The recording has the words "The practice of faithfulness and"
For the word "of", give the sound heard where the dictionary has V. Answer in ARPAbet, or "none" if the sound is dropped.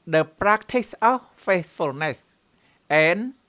F